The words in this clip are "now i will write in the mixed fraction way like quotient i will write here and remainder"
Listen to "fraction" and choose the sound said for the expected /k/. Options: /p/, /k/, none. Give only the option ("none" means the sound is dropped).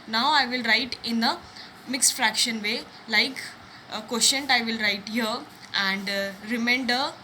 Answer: /k/